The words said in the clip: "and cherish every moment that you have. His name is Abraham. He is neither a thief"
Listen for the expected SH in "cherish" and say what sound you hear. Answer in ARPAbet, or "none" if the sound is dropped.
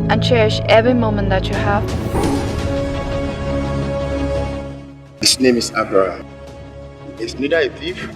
SH